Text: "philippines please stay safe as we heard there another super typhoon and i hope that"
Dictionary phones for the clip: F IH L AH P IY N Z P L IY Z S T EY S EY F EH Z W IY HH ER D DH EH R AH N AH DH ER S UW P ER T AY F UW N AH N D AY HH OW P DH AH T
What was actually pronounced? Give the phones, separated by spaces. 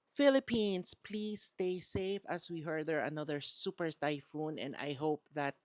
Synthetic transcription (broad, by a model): F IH L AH P IY N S P L IY S T EY S EY F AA S W IY HH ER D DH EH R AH N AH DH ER S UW P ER T AY F UW N AH N D AY HH OW P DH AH T